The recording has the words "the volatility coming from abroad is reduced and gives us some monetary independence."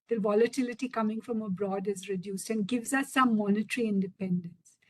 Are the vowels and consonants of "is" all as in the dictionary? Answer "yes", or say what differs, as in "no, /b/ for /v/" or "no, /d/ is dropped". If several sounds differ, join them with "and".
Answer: yes